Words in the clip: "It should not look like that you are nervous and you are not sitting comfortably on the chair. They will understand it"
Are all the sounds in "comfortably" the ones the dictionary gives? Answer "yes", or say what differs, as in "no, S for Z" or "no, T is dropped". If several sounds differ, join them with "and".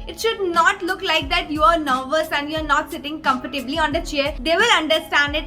no, P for F